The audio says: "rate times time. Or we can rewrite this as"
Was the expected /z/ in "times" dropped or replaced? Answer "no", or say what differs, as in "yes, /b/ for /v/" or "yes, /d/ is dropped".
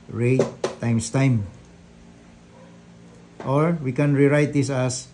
yes, /s/ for /z/